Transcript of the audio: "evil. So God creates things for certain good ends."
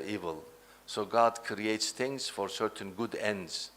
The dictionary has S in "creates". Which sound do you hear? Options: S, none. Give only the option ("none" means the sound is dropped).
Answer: S